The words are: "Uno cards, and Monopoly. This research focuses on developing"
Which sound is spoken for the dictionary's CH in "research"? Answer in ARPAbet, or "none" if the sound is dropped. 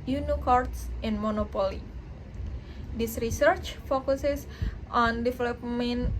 CH